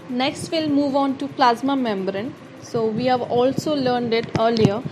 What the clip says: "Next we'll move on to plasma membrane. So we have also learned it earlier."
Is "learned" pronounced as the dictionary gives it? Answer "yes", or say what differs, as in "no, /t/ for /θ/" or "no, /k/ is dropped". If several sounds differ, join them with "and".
yes